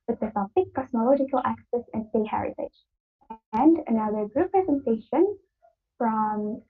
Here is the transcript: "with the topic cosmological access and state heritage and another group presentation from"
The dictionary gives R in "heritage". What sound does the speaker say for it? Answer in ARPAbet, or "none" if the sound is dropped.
R